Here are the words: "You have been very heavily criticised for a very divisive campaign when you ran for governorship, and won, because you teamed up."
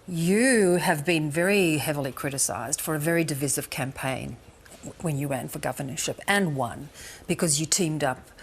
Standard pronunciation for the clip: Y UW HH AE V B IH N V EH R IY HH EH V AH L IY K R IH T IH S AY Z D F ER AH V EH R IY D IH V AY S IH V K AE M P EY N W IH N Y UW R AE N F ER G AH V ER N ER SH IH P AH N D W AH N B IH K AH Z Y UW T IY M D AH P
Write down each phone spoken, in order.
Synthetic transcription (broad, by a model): Y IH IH V B IH N V EH R IY HH EH V L IY K R IH T IH S AY Z D F ER AH V EH R IY D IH V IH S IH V K AE M P EY N W IH N Y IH W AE N F ER G AH V ER N ER SH IH P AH N W AH N B IH K AH Z Y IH T IY M D AH P